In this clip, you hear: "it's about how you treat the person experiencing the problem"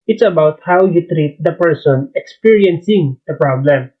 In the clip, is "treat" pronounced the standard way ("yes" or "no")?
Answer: yes